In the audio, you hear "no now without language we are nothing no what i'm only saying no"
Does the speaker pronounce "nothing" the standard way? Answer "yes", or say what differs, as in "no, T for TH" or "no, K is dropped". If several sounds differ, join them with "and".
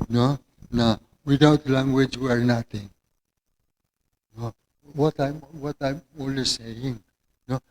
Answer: no, T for TH